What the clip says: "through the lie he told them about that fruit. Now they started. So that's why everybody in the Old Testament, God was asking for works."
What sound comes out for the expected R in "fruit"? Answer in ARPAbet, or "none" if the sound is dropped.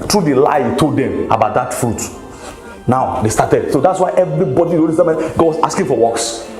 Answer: R